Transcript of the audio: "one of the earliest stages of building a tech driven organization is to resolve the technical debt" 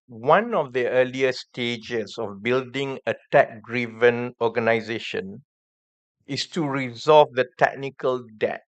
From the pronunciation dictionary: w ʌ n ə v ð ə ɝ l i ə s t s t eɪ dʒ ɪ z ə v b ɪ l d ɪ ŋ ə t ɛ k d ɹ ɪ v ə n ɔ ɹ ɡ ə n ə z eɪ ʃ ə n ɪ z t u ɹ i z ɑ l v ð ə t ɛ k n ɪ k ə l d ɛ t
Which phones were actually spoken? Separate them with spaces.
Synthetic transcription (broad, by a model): w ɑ n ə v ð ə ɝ l i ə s s t eɪ dʒ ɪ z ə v b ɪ l d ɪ ŋ ə t ɛ k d ɹ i v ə n ɔ ɡ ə n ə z eɪ ʃ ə n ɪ s t u ɹ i z ɑ l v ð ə t ɛ k n ɪ k ə l d ɛ t